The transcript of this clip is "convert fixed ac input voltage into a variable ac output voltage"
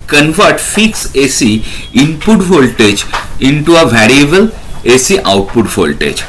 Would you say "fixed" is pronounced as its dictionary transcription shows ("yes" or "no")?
no